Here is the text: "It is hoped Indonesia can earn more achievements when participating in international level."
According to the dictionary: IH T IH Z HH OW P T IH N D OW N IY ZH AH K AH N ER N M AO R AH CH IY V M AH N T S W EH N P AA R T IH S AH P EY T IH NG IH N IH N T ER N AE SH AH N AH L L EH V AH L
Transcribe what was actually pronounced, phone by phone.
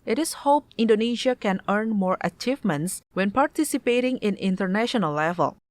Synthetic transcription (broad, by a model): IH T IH S HH OW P IH N D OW N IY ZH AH K AH N ER N M AO R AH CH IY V M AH N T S W EH N P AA R T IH S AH P EY T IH NG IH N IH N T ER N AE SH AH N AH L L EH V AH L